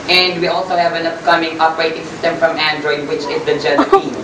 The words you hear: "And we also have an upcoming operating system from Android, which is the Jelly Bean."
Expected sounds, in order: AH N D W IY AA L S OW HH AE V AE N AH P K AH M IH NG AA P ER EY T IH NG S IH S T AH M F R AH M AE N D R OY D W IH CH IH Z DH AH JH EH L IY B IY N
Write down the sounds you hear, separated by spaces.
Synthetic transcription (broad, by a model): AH N D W IY AA L S OW HH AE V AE N AH P K AH M IH NG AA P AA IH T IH NG S IH S T AH M F R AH M AE N D R OY D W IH CH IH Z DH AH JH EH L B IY